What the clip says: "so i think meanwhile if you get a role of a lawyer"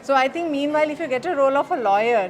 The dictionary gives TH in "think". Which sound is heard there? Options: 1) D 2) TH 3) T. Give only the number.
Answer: 3